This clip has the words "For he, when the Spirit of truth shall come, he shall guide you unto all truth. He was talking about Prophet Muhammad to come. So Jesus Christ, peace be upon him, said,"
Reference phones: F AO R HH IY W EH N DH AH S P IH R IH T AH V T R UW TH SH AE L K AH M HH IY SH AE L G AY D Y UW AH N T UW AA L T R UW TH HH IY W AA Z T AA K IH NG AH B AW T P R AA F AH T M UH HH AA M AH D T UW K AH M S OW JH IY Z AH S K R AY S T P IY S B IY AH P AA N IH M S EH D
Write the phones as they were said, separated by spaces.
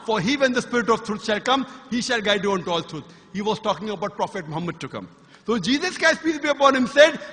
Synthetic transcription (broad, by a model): F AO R HH IY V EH N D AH S P IH R IH T AH V T R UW T SH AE L K AH M HH IY SH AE L G AY D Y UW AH N T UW AA L T R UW T HH IY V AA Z T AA K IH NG AH B AW T P R AA F AH T M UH HH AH M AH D T UW K AH M S OW JH IY Z AH S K AY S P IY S B IY AH P AA N IH M S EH D